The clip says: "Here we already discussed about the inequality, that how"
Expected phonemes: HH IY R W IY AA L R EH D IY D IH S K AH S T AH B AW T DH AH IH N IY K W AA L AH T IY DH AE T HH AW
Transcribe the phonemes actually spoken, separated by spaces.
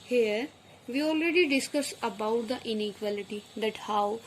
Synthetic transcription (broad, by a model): HH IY R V IY AA L R EH D IY D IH S K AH S AH B AW T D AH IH N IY K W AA L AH T IY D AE T HH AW